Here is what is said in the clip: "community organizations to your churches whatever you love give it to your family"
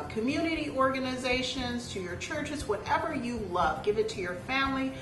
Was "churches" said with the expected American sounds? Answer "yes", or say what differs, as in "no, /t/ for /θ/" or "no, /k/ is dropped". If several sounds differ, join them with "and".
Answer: yes